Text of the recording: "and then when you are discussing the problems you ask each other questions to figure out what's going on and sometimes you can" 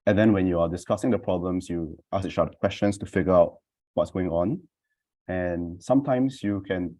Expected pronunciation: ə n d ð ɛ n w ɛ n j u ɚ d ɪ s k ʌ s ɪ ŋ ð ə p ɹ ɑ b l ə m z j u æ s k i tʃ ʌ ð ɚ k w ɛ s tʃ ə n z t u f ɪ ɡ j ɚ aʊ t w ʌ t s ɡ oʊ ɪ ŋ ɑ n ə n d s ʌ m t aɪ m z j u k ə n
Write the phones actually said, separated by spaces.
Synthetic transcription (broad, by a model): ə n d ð ɛ n w ɛ n j u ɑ d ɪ s k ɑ s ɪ ŋ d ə p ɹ ɑ b l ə m s j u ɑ s i ʃ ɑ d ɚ k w ɛ s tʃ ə n s t u f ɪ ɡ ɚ aʊ t w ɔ t s ɡ oʊ ɪ ŋ ɑ n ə n s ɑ m t aɪ m s j u k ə n